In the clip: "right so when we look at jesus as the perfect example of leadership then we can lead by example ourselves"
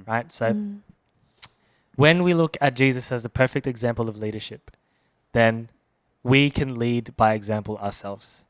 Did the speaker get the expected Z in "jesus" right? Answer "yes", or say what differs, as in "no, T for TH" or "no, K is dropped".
yes